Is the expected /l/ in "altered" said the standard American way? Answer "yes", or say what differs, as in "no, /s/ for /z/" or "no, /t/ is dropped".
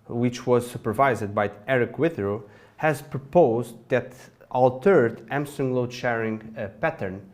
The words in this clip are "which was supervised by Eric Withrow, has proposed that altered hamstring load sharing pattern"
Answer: yes